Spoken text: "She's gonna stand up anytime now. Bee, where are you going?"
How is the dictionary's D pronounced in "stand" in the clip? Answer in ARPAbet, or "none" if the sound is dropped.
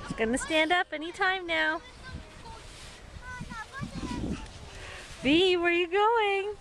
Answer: D